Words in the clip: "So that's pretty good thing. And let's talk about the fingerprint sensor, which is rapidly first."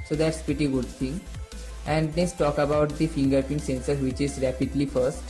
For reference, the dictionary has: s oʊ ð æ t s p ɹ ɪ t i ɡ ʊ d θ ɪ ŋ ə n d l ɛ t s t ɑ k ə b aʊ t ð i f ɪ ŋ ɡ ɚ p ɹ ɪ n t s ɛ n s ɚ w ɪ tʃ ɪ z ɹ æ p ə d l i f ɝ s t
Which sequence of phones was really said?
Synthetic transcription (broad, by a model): s oʊ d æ t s p ɹ ɪ t i ɡ ʊ d t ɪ ŋ ə n d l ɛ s t ɑ k ə b aʊ t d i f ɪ ŋ ɡ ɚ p ɪ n s ɛ n s ɚ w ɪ tʃ ɪ z ɹ æ p ə d l i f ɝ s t